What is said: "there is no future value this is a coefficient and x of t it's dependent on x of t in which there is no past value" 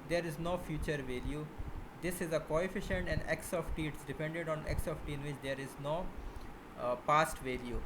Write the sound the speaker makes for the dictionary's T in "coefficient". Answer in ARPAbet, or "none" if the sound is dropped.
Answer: T